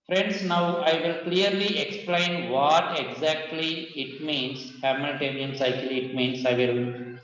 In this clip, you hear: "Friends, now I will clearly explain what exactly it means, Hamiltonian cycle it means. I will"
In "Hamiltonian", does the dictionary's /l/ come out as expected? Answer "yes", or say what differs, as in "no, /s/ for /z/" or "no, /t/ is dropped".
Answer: no, /l/ is dropped